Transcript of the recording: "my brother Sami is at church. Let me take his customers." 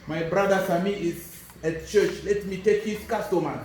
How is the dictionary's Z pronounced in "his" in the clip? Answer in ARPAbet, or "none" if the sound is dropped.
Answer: S